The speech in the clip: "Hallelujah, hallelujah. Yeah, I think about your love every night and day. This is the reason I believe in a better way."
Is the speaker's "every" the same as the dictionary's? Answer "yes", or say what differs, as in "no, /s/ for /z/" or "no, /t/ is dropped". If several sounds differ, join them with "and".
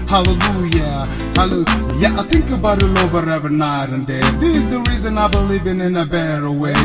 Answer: no, /ɹ/ is dropped